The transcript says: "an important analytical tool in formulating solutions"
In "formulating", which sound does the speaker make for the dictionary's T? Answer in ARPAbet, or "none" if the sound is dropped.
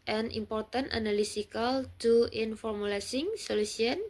S